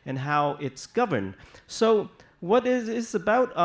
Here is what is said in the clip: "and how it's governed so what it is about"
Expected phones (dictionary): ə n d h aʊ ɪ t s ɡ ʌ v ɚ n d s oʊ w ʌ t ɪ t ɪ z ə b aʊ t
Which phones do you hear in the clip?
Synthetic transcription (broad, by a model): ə n h aʊ ɪ t s ɡ ʌ v ɚ n d s oʊ w ʌ t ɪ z ɪ z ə b aʊ t